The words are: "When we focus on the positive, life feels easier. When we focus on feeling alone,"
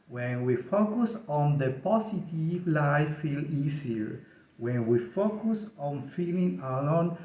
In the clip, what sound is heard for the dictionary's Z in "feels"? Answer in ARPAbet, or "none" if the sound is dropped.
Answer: none